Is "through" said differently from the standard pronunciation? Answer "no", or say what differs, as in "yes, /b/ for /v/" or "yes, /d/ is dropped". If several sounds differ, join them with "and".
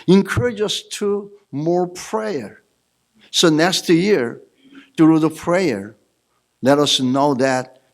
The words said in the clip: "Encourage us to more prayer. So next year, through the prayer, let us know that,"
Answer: yes, /t/ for /θ/